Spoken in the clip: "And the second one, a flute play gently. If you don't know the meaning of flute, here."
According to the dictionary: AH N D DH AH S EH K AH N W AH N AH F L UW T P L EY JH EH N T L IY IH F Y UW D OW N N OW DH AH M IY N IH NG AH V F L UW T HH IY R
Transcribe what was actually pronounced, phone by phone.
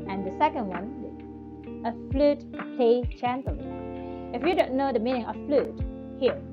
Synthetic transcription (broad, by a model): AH N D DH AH S EH K AH N W AH N AH F L UW T P L EY CH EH N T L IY IH F Y UW D OW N N OW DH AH M IY N IH NG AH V F L UW T HH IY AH